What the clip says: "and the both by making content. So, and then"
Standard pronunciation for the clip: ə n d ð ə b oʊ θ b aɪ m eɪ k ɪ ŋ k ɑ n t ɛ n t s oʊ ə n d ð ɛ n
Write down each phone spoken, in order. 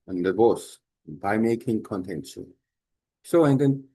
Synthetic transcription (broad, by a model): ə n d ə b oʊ s b aɪ m eɪ k ɪ ŋ k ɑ n t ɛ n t s oʊ ə n d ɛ n